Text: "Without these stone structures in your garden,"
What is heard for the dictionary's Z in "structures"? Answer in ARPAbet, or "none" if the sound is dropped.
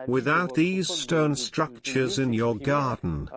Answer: Z